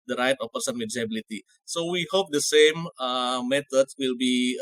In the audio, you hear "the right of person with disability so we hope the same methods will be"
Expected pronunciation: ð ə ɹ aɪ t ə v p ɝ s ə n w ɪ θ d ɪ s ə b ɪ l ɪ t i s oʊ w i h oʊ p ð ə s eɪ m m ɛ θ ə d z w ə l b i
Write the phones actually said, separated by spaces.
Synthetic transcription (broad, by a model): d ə ɹ aɪ t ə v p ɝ s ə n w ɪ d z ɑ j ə b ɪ l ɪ t i s oʊ w i h oʊ p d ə s eɪ m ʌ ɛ t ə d s w ə l b i